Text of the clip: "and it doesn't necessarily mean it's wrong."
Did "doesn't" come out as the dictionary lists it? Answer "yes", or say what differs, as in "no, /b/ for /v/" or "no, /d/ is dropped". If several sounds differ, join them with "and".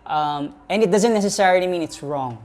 yes